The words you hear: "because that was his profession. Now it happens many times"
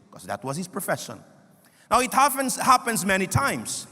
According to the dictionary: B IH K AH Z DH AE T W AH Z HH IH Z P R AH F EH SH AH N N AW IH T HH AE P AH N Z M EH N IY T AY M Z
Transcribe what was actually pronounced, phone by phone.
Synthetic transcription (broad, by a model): K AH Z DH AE T W AH Z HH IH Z P R AH F EH SH AH N N AW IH T HH AE P AH N Z M EH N IY T AY M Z